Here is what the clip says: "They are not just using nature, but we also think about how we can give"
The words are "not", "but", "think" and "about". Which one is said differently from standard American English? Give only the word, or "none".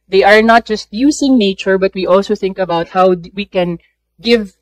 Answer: none